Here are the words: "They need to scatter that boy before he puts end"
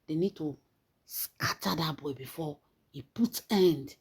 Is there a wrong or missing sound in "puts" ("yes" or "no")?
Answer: yes